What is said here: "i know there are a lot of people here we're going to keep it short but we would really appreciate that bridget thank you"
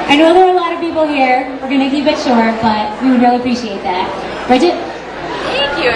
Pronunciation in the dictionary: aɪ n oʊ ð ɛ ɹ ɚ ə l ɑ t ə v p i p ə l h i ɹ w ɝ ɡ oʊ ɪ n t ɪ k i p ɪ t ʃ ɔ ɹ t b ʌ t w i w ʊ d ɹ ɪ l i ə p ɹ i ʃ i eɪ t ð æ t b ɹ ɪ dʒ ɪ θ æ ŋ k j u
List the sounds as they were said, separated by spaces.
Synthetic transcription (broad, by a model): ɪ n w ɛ l ɚ ə l ɑ t ə v p i p l h i ɹ w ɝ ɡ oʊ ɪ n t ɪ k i b ɪ t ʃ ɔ ɹ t b ʌ t w i w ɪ d ɹ ɪ l i ə p ɹ i ʃ i eɪ t ð æ t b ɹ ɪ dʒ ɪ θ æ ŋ k j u